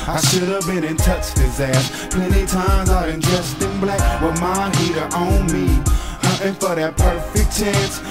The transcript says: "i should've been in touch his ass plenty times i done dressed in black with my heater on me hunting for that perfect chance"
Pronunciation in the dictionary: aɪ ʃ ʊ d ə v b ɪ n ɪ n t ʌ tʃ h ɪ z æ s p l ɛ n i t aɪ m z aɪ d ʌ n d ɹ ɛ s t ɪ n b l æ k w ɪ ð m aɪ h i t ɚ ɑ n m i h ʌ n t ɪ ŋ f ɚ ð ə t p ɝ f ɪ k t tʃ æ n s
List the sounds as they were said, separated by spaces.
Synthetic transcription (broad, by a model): aɪ ʃ ʊ d ə v b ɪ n ɪ n t ʌ tʃ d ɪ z æ s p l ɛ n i t aɪ m z aɪ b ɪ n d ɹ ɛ s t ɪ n b l æ k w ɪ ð m aɪ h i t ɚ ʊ n m i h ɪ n f ɚ ð ə t p ɝ f ɪ k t tʃ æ n s